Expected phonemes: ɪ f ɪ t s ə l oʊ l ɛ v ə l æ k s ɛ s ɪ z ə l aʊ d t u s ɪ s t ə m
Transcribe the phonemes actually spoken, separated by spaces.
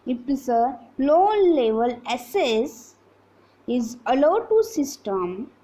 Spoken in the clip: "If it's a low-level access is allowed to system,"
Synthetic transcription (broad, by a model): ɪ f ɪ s ə l oʊ l ɛ v ə l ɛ s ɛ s ɪ z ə l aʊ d t u s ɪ s t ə m